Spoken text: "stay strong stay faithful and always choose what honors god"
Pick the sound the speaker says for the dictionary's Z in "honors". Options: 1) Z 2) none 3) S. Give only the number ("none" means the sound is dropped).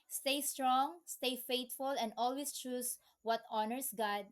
3